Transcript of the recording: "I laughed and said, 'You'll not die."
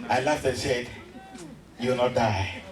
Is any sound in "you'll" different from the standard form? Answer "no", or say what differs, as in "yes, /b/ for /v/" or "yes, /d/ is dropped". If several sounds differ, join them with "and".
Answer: yes, /w/ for /l/